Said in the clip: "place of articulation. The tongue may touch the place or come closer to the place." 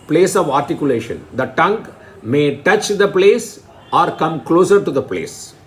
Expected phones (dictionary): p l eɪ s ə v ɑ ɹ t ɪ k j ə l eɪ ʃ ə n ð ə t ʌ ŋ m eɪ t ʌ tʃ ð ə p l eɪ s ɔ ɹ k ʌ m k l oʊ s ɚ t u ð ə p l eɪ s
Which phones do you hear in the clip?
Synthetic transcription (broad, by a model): p l eɪ s ə v ɑ ɹ t ɪ k j ə l eɪ ʃ ə n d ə t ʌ ŋ m eɪ t ʌ tʃ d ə p l eɪ s ɔ ɹ k ʌ m k l oʊ s ɚ t u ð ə p l eɪ s